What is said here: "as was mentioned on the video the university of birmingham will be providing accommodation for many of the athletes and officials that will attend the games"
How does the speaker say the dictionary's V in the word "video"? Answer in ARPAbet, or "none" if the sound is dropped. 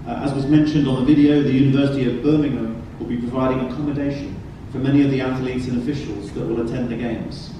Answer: V